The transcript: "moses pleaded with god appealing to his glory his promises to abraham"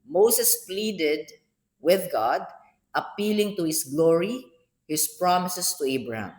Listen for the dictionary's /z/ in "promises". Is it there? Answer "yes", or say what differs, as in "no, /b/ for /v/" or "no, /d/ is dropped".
no, /s/ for /z/